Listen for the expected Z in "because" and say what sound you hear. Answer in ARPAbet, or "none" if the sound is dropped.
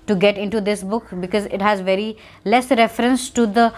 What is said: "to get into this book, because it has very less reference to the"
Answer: Z